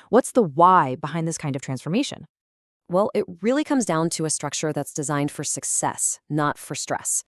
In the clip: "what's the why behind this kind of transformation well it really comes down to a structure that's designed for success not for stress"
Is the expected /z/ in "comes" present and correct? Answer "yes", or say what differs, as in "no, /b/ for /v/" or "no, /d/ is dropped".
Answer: yes